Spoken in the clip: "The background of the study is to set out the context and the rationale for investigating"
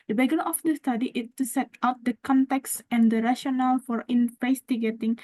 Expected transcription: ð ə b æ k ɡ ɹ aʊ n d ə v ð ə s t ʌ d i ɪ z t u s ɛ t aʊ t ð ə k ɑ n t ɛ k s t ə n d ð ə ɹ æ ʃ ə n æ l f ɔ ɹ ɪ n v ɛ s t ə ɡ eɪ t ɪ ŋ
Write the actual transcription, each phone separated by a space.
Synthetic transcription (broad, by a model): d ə b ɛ ɡ ʌ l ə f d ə s t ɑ d i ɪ s t u s ɛ t aʊ t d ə k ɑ n t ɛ k s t ə n d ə ɹ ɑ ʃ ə n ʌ l f ɔ ɹ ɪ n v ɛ s t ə ɡ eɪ t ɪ ŋ